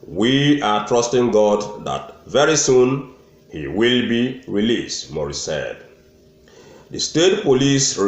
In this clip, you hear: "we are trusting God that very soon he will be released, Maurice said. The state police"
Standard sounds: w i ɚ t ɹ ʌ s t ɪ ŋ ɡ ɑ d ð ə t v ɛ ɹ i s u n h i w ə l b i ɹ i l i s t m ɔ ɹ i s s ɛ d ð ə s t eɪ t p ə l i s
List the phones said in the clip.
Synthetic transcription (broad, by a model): w i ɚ t ɹ ʌ s t ɪ ŋ ɡ ɑ d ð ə t v ɛ ɹ i s u n h i w ə l b i ɹ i l i s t m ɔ ɹ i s s ɛ d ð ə s t eɪ t p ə l i s